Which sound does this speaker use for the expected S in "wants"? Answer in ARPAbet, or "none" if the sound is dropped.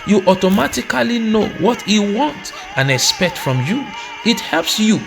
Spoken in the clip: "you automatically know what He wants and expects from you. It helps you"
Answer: none